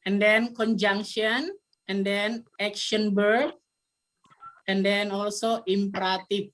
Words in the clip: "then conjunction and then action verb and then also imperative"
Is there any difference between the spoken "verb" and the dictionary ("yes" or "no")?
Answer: yes